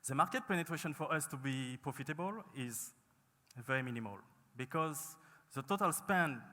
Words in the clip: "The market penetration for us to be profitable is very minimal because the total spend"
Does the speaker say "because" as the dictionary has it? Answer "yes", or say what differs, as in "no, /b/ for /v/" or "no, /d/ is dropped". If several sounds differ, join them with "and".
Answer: yes